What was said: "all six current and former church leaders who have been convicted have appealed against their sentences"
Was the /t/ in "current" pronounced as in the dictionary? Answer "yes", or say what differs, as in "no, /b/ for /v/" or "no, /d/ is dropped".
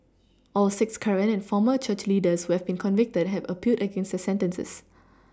no, /t/ is dropped